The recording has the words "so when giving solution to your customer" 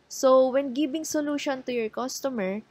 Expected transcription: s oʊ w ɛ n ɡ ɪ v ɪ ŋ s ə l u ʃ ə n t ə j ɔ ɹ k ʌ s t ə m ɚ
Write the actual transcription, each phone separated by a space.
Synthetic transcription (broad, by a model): s oʊ w ɛ n ɡ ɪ b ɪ ŋ s ə l u ʃ ə n t ə j ɔ ɹ k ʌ s t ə m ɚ